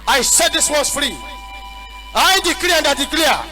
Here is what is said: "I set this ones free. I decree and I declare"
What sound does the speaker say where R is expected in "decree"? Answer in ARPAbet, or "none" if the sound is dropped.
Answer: L